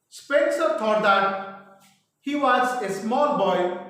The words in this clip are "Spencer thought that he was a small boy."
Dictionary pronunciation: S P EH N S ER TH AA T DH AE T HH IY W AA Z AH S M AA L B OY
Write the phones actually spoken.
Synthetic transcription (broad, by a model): S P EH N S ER T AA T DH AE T HH IY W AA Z AH S M AA L B OY